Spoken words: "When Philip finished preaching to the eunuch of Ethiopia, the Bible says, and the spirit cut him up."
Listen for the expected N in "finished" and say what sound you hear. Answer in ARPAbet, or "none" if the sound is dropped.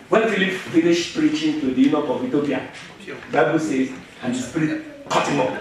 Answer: L